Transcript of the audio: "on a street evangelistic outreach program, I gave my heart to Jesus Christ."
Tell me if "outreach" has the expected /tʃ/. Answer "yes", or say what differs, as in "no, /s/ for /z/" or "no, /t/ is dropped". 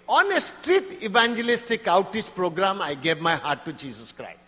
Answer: no, /s/ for /tʃ/